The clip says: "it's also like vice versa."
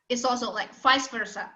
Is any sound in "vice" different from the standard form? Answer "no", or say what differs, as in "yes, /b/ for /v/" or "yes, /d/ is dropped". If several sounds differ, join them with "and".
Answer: yes, /f/ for /v/